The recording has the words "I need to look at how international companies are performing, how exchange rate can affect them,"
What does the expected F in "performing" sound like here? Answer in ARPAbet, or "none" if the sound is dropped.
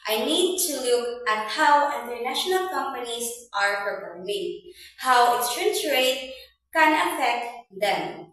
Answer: P